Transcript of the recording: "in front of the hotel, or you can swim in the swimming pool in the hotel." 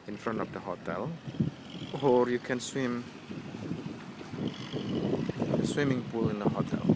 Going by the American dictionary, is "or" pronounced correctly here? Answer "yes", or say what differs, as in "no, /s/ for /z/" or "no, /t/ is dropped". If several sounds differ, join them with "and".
yes